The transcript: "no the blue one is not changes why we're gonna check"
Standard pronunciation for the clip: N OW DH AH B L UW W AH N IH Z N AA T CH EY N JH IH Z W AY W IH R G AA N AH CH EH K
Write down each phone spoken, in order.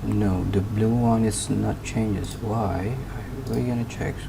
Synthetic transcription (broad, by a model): N OW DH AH B L UW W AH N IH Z N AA T CH EY N JH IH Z W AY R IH L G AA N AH CH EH K